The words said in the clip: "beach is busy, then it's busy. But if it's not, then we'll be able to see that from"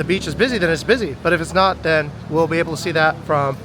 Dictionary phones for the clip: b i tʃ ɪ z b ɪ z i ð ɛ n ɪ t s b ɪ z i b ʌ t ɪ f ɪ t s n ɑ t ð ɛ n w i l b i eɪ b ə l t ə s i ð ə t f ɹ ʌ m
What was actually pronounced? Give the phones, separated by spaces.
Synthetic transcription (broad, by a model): b i tʃ ɪ z b ɪ z i ð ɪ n ɪ t s b ɪ z i b ʌ t ɪ f ɪ t s n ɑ t ð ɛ n w i l b i eɪ b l t ə s i ð ə t f ɹ ʌ m